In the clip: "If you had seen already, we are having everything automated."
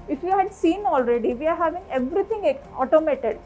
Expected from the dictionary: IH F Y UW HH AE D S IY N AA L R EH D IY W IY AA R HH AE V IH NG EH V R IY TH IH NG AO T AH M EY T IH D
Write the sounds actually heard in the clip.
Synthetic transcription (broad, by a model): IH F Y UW HH AE D S IY N AA L R EH D IY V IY AA R HH AE V IH NG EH V R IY T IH NG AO T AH M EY T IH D